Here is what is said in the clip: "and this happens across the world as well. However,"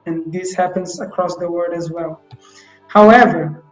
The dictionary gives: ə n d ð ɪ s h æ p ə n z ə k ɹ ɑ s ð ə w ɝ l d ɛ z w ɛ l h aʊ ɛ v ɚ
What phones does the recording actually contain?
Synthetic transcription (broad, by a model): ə n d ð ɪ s h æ p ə n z ə k ɹ ɑ s ð ə w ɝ d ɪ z w ɛ l h aʊ ɛ v ɚ